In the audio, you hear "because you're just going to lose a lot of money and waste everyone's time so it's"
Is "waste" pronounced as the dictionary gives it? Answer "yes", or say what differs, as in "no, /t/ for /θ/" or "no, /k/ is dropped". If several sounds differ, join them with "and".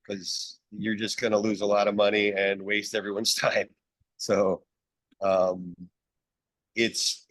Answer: yes